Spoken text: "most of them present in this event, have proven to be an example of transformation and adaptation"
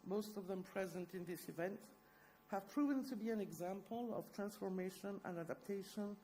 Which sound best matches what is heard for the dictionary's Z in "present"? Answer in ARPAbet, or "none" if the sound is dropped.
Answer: Z